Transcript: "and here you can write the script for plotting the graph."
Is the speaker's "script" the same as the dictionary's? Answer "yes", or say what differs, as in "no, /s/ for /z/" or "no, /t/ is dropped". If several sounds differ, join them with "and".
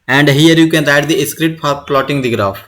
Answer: no, /p/ is dropped